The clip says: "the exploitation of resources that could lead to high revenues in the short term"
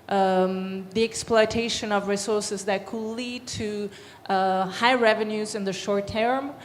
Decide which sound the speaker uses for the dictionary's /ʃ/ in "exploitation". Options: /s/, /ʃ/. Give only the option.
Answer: /ʃ/